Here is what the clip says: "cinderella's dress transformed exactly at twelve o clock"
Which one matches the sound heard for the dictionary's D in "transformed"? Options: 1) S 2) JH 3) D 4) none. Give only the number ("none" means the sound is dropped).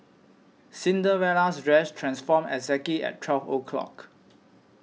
4